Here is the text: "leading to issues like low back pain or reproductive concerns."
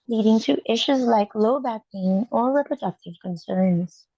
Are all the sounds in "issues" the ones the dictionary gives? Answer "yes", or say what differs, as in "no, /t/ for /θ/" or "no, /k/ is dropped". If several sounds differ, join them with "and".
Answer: yes